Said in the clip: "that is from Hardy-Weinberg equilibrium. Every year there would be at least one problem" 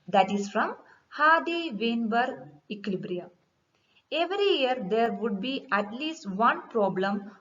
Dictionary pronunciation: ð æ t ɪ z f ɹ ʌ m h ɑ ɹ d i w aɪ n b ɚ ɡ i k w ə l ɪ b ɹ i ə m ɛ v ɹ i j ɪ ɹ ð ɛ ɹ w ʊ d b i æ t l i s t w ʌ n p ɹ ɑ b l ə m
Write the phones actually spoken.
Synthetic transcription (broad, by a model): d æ t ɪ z f ɹ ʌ m h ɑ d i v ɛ n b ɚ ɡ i k l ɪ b ɹ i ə ɛ v ɹ i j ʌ ɹ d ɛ ɹ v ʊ d b i æ t l i s t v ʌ n p ɹ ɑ b l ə m